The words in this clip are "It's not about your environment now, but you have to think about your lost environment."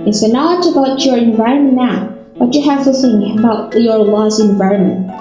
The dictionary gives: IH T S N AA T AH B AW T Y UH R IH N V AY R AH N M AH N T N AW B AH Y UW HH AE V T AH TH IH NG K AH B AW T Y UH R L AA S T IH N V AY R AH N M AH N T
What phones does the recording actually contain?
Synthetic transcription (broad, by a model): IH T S N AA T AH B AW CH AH R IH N V AY R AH N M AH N N AW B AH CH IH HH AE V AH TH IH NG AH B AW T Y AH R L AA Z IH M V AY R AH N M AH N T